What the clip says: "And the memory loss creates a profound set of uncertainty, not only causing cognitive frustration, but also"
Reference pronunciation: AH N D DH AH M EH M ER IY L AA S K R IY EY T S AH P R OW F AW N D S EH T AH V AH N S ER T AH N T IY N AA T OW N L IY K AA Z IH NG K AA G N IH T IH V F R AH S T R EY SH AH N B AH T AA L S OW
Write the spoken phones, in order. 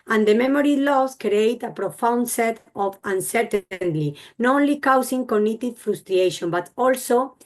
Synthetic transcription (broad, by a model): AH N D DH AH M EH M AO IY L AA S K R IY EY T AH P R OW F AW N D S EH T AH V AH N S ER T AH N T IY N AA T OW N L IY K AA S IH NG K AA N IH T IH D F R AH S T R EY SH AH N B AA T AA L S OW